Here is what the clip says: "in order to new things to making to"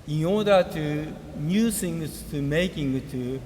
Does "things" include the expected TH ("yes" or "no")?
no